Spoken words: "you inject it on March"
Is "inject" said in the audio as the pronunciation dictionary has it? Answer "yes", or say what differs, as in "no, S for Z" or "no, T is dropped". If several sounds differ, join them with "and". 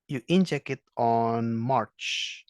no, T is dropped